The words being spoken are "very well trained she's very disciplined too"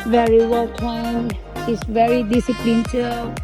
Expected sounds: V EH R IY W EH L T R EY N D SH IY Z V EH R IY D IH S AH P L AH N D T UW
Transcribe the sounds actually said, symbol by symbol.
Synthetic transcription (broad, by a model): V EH R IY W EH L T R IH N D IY S V EH R IY D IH S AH P L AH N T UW